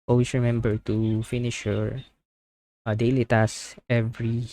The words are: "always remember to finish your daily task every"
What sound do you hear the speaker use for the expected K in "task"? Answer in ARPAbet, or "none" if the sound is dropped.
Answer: none